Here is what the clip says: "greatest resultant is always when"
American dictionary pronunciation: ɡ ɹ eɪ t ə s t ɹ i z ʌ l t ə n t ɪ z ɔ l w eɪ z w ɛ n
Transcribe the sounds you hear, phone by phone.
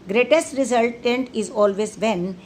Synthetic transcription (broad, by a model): ɡ ɹ eɪ t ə s t ɹ i z ʌ l t ə n t ɪ z ɔ l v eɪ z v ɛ n